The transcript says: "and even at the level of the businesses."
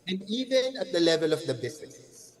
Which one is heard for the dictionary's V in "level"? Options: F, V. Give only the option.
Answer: V